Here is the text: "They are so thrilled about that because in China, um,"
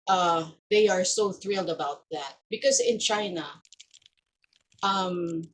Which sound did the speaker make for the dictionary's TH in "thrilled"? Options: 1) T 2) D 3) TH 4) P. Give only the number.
3